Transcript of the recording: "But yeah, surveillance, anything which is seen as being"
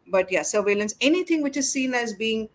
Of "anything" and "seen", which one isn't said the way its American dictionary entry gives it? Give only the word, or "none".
anything